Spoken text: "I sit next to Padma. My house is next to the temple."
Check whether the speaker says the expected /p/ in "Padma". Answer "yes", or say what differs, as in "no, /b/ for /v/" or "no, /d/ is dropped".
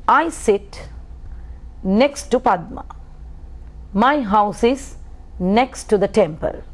yes